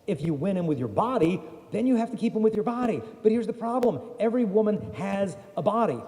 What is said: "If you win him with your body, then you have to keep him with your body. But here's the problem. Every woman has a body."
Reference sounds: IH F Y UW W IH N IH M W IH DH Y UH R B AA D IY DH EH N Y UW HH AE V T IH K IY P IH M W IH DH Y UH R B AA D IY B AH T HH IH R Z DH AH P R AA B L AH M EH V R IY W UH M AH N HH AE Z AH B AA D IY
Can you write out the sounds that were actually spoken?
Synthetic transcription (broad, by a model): IH F Y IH W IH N IH M W IH DH Y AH R B AA D IY DH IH N Y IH HH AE F T IH K IY P IH M W IH DH Y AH R B AA D IY B AH T HH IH R Z DH AH P R AA B L AH M EH V R IY W UH M AH N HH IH Z AH B AA D IY